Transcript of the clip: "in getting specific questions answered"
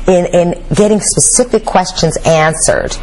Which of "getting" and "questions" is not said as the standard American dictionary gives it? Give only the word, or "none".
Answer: none